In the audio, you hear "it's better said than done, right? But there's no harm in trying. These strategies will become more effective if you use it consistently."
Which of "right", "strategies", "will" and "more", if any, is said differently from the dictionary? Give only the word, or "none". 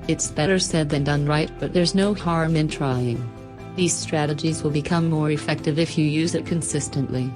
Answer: none